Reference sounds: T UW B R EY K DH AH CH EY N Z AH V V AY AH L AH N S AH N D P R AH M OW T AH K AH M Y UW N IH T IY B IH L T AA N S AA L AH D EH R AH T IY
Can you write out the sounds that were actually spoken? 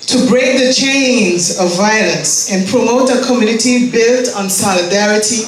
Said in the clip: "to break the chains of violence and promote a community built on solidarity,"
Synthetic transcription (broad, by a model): T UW B R EY K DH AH CH EY N Z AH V V AY AH L AH N S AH N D P R AH M OW T AH K AH M Y UW N IH T IY B IH L T N S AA L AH D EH R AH T IY